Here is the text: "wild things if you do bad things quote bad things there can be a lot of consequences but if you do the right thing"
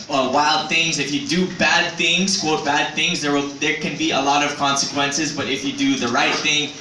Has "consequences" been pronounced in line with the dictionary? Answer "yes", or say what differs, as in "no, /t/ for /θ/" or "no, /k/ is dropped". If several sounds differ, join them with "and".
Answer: yes